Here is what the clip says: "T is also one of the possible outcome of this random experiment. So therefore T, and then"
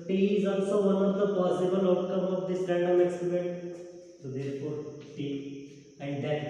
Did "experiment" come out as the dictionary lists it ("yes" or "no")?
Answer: no